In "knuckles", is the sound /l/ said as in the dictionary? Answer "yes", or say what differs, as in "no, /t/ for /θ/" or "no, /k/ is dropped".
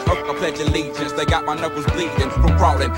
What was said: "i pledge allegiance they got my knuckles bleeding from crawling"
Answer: no, /l/ is dropped